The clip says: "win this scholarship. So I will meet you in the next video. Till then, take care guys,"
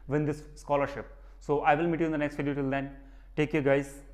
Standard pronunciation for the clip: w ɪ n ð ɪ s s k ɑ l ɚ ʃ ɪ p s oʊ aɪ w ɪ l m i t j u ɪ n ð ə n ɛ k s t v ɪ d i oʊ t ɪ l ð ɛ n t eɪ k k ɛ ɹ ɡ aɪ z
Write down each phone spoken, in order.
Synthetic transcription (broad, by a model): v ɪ n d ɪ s s k ɑ l ɚ ʃ ɪ p s oʊ aɪ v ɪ l m i t j u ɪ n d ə n ɛ k s t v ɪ d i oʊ t ɪ l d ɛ n t eɪ k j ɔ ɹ ɡ aɪ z